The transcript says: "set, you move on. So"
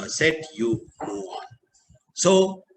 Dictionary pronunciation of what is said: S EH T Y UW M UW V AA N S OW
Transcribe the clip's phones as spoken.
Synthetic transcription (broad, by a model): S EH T Y UW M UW AA N S OW